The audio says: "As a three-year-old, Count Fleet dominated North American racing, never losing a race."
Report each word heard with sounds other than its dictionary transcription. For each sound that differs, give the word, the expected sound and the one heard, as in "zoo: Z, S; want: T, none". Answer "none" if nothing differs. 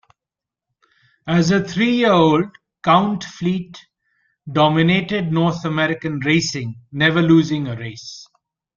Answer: three: TH, T; north: TH, T